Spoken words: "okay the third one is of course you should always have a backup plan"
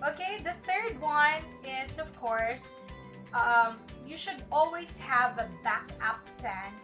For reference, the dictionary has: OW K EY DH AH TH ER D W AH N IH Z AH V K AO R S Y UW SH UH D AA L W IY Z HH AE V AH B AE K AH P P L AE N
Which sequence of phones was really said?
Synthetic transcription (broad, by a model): OW K EY DH AH TH ER D W AH N IH Z AH V K AO R S Y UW SH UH D AA L W IY Z HH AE V AH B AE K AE P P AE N